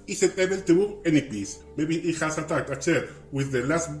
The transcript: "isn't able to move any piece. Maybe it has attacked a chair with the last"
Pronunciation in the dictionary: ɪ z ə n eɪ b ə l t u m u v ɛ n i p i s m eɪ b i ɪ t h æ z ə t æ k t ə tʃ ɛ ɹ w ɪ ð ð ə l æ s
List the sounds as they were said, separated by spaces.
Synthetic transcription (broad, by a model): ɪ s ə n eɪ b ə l t u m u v ɛ n i p i s m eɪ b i ɪ t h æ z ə t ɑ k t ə s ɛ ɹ w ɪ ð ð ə l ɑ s